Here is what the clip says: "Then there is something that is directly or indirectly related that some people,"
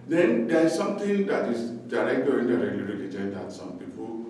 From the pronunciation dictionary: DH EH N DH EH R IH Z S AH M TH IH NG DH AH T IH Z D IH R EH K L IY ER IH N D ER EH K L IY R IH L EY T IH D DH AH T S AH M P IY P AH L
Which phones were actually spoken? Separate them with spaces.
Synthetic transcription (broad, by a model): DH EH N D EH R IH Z S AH M T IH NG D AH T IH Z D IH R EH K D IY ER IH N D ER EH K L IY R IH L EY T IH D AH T S AH M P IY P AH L